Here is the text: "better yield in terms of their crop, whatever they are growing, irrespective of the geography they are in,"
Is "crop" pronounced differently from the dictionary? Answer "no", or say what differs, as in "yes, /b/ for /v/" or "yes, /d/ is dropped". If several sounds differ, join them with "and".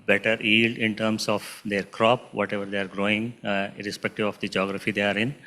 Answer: no